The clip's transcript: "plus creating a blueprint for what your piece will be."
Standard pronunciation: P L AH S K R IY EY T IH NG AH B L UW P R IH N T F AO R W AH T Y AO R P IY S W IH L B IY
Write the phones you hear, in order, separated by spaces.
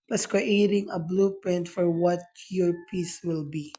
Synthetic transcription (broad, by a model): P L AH S K R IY EY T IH NG AH B L UW P IH N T F AO R W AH T Y AO R P IY S W IH L B IY